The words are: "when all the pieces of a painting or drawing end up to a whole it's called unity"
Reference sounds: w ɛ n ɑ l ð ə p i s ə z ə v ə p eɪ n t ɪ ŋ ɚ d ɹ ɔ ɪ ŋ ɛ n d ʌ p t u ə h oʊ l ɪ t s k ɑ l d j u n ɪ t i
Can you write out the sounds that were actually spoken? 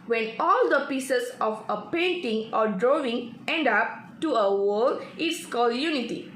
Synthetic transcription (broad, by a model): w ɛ n ɑ l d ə p i s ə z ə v ə p eɪ n t ɪ ŋ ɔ d ɹ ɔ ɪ ŋ ɛ n d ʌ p t u ə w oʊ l ɪ t s k ɑ l d j u n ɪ t i